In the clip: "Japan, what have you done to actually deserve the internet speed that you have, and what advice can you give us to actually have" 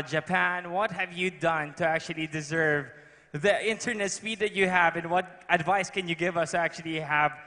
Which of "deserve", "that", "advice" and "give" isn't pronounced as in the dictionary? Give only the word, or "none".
none